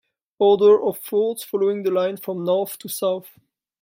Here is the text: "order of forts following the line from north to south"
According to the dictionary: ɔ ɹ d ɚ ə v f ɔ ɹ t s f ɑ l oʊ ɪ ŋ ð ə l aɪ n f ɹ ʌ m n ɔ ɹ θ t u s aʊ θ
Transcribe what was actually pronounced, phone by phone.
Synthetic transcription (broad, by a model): ɔ ɹ d ɚ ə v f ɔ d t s f ɑ l oʊ ɪ ŋ ð ə l aɪ n f ɹ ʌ m n ɔ ɹ θ t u s aʊ θ